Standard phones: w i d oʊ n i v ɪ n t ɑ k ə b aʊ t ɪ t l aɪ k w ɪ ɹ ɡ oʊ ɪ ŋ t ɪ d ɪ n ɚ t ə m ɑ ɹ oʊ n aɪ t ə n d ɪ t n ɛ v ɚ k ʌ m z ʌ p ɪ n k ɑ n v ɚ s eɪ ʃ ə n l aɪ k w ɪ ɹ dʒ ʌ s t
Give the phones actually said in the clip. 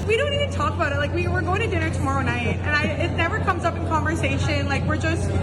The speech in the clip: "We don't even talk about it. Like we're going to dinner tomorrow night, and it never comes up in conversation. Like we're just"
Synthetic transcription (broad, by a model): w i d oʊ n i v ɪ n t ɑ k ə b aʊ t ɪ t l aɪ k w ɪ ɹ ɡ oʊ ɪ ŋ t ɪ d ɪ n ɚ t ə m ɑ ɹ oʊ n aɪ t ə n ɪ ɪ t n ɛ v ɚ k ʌ m z ʌ p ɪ n k ɑ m v ɚ s eɪ ʃ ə n l aɪ k w ɪ ɹ dʒ ʌ s t